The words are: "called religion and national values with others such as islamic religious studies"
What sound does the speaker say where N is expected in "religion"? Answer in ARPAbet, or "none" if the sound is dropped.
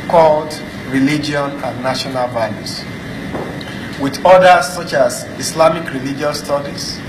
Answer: none